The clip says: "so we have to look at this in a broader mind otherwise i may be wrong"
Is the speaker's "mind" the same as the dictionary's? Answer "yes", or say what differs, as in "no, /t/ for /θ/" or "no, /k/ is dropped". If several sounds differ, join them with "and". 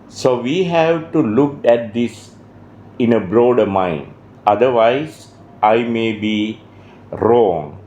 yes